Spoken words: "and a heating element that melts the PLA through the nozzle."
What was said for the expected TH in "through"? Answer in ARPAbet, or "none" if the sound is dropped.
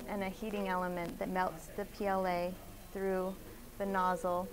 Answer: TH